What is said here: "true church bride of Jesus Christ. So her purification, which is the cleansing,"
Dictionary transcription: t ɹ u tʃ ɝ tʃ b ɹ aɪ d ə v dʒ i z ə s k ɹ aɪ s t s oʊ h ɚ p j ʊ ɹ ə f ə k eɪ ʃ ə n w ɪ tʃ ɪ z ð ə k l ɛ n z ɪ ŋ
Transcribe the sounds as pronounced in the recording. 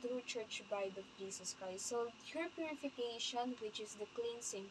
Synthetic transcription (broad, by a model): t ɹ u tʃ ɝ tʃ b aɪ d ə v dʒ i s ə s k ɹ aɪ s t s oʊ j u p j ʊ ɹ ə f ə k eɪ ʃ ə n w ɪ tʃ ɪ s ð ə k l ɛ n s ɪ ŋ